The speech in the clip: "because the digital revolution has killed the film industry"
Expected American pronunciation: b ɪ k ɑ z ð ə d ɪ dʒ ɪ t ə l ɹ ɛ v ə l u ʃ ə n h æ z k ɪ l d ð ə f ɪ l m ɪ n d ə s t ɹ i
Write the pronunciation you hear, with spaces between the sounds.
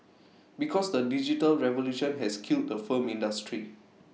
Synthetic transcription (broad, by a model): b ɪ k ɑ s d ə d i dʒ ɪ t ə l ɹ ɛ v ə l u ʃ ə n h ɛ s k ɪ l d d ə f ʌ m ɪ n d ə s t ɹ i